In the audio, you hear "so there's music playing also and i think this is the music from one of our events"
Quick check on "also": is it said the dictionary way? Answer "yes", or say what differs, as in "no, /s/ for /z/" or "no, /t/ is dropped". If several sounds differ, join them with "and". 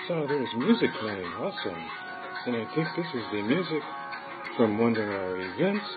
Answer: no, /l/ is dropped